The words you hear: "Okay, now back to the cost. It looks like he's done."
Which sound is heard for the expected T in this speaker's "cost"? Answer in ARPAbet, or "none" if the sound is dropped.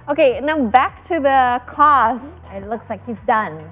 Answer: T